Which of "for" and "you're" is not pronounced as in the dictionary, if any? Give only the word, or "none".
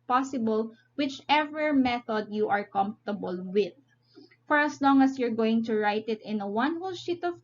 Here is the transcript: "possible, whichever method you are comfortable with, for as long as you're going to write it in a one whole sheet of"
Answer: none